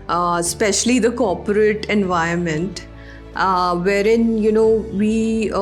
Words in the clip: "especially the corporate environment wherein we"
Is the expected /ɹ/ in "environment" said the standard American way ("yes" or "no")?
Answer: no